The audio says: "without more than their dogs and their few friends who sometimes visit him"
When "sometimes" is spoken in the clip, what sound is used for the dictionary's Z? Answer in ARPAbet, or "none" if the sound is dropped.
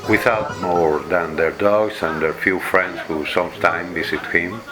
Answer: none